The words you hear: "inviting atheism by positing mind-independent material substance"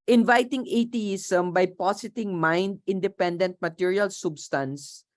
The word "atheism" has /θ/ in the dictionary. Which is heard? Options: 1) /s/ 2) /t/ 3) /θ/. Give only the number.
2